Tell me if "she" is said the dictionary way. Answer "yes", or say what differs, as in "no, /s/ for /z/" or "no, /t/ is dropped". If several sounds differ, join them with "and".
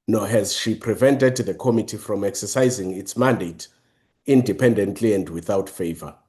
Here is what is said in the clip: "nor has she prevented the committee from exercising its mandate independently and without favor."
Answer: yes